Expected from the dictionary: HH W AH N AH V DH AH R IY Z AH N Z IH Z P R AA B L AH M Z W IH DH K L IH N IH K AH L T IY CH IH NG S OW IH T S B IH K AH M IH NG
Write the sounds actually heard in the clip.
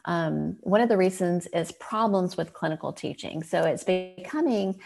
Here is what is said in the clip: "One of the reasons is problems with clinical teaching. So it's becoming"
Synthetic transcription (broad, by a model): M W AH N AH V DH AH R IY Z AH N Z IH Z P R AA B L AH M Z W IH DH K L IH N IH K L T IY CH IH NG S OW IH T S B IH K AH M IH NG